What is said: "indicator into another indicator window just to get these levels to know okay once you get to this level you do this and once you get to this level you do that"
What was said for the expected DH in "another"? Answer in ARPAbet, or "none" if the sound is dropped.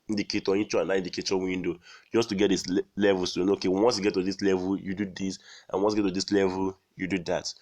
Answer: none